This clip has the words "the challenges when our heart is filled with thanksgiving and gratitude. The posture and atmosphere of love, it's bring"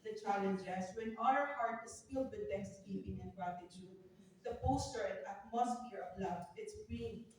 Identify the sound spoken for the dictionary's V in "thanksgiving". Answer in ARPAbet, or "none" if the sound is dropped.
P